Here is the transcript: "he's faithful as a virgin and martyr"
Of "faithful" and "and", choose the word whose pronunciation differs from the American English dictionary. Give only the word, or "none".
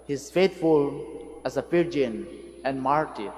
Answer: faithful